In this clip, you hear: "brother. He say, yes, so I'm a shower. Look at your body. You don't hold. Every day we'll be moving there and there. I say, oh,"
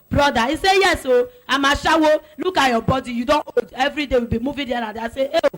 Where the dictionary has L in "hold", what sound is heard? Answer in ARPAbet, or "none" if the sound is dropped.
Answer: none